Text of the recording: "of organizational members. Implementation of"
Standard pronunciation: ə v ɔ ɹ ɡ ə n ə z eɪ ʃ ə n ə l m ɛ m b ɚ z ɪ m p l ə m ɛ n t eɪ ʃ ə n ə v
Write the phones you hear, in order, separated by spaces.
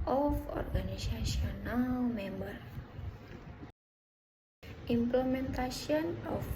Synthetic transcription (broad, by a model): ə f ɔ ɹ ɡ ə n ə s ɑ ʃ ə n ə l m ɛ m b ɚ i m p l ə m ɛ n t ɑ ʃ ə n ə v